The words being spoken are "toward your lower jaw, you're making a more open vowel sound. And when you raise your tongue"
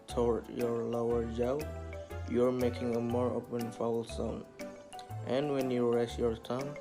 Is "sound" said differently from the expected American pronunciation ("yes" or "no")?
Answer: yes